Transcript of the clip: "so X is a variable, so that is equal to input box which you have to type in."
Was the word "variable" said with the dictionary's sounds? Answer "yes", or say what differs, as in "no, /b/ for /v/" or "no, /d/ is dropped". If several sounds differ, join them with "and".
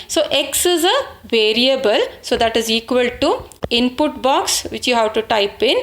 yes